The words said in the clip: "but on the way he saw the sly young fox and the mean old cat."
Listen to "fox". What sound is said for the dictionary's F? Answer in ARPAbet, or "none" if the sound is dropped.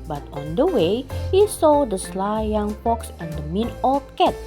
P